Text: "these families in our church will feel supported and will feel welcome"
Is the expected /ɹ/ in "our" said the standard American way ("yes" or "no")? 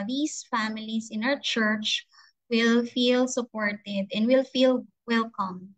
no